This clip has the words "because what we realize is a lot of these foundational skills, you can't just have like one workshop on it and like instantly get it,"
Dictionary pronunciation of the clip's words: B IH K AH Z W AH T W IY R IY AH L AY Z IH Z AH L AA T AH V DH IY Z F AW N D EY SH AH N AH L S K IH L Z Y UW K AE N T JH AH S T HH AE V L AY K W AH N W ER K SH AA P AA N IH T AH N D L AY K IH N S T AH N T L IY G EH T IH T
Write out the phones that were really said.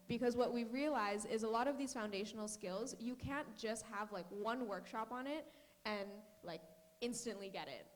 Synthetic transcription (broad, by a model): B IH K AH Z W AH T W IY R IY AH L AY Z IH Z AH L AA T AH V DH IY Z F AW N D EY SH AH N L S K IH L Z Y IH K AE N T JH AH S T HH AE V L AY K W AH N W ER K SH AA P N IH T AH N L AY K IH N S T AH N T L IY G EH T IH T